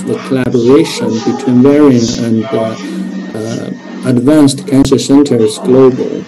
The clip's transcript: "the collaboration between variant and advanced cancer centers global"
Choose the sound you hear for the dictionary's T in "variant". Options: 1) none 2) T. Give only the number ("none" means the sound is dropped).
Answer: 1